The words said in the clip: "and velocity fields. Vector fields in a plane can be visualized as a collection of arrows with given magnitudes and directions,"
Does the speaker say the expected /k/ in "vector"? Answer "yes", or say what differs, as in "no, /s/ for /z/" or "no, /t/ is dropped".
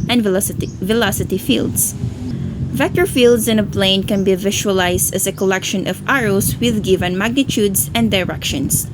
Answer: yes